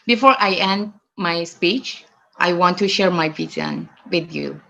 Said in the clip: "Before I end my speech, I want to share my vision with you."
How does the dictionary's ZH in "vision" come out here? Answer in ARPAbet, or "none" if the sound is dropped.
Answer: Z